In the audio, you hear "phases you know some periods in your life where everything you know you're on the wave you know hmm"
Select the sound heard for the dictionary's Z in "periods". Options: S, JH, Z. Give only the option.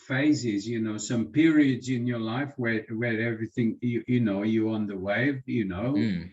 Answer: Z